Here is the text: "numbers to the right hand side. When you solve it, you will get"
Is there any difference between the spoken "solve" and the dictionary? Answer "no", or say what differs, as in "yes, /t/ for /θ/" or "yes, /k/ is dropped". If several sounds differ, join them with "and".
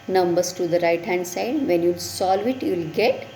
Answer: no